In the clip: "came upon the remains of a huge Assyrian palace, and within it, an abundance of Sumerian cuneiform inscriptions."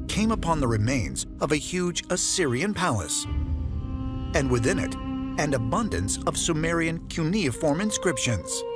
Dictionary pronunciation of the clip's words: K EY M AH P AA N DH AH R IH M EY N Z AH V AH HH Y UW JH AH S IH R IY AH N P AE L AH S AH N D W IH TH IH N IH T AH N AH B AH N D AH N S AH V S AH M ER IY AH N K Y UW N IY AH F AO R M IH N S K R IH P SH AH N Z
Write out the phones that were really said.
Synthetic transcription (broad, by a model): K EY M AH P AA N DH AH R IH M EY N Z AH V AH HH Y UW JH AH S IH R IY AH N P AE L AH S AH N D W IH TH IH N IH T AH N AH B AH N D AH N S AH V S AH M ER IY AH N K Y UW N IY AH F AO R M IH N S K R IH P SH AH N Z